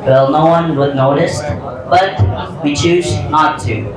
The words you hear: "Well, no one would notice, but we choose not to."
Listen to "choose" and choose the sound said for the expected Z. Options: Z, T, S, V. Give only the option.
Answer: Z